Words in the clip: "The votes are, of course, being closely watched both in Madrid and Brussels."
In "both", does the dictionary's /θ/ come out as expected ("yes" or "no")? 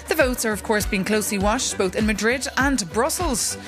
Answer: yes